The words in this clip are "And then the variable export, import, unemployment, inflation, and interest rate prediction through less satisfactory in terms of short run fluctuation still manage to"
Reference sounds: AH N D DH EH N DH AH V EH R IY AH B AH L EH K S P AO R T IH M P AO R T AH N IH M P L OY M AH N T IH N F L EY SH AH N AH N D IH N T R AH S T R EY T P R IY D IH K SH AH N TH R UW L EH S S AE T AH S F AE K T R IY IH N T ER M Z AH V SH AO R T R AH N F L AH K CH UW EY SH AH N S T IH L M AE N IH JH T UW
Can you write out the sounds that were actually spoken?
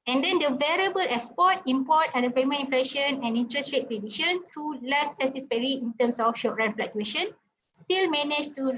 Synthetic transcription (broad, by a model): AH N D EH N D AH V EH R IY AH B AH L EH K S P AO T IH M P AO T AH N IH P EH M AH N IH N F L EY SH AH N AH N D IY N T R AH S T R EY T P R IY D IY SH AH N T R UW L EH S S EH T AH S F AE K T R IY IH N T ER M S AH F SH AO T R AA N F L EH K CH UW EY SH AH N S T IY L M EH N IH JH T UW